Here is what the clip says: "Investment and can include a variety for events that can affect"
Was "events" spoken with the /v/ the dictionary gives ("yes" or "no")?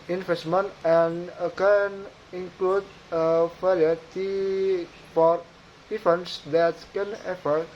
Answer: no